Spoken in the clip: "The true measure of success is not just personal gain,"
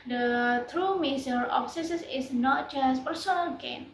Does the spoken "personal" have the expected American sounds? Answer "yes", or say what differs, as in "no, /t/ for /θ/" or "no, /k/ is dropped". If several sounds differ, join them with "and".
yes